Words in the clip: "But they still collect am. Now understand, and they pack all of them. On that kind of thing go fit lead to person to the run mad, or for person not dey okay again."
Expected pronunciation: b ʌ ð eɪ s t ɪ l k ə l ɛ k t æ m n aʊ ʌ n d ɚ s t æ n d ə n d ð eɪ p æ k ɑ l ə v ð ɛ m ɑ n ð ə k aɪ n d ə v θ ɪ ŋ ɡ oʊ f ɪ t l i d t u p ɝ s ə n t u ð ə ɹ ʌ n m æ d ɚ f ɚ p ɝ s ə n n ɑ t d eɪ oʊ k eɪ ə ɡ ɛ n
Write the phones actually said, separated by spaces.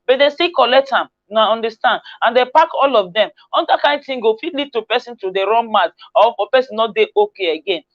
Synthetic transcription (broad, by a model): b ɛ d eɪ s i k ə l ɛ k t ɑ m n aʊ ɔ n d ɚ s t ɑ n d ə n d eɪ p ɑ k ɑ l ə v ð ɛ m ɑ n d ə k aɪ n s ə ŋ ɡ oʊ f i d l i d t u p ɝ s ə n t u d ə ɹ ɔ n m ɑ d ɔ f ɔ p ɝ s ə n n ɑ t d eɪ oʊ k eɪ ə ɡ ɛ n